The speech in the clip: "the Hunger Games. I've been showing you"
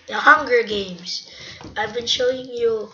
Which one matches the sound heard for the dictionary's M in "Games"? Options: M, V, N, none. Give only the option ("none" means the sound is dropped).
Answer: M